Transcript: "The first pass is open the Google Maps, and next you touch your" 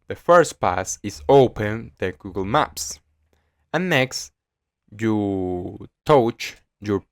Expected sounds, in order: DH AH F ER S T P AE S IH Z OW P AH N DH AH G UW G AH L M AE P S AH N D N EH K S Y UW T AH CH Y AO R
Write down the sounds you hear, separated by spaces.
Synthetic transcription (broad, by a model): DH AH F ER S T P AE S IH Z OW P AH N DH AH G UW G AH L M AE P S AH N N EH K S Y UW T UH CH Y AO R